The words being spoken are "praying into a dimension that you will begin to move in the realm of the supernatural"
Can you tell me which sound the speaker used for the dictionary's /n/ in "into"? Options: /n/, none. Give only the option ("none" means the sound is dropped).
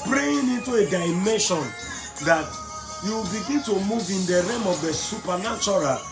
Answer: /n/